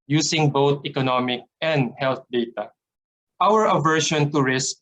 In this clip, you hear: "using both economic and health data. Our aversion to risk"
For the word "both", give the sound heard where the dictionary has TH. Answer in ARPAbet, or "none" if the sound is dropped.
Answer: T